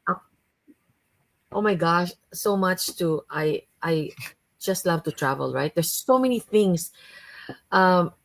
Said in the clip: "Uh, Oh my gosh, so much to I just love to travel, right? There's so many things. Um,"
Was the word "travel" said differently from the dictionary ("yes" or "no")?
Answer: no